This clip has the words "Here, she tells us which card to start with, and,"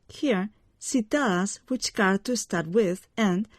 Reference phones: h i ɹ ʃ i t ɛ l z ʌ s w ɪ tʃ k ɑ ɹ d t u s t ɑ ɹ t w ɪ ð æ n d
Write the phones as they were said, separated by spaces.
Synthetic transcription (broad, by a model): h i ɹ s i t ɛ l ʌ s w ɪ tʃ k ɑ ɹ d t u s t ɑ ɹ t w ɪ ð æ n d